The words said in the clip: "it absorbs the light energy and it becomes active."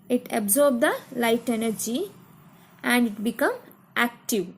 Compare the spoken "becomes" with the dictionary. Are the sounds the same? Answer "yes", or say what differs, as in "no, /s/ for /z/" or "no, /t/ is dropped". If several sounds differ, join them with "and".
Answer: no, /z/ is dropped